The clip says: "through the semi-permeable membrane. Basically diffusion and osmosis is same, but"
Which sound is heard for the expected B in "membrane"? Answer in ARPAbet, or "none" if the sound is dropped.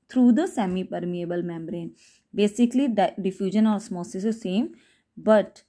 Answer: B